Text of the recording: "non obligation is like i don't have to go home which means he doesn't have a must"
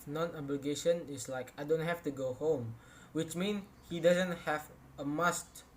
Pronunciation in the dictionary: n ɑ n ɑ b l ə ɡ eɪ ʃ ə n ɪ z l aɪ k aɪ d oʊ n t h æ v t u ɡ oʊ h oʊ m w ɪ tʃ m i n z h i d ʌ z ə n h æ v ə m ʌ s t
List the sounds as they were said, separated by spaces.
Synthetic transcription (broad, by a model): n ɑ n ɑ b l ə ɡ eɪ ʃ ə n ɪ s l aɪ k aɪ d oʊ n t h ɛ f t u ɡ oʊ h oʊ m w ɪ tʃ m i n h i d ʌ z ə n h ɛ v ə m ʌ s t